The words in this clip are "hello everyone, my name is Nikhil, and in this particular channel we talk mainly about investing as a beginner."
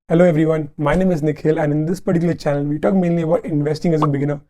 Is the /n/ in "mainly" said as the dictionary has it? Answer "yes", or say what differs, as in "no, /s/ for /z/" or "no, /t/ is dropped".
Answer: yes